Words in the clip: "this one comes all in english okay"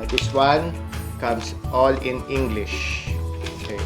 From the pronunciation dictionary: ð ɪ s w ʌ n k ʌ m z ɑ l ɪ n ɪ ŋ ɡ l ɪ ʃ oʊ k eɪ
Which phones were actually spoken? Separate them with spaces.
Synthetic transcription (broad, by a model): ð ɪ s w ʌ n k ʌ m s ɑ l ɪ n ɪ ŋ ɡ l ɪ ʃ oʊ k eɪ